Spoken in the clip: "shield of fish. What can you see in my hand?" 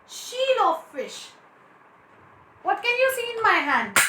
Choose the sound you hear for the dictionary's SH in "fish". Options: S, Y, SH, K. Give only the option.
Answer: SH